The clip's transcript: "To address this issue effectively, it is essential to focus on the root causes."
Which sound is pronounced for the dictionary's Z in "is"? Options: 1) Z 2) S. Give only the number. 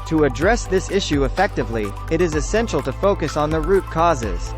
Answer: 1